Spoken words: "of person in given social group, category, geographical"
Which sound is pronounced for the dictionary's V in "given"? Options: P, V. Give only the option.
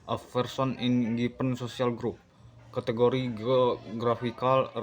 P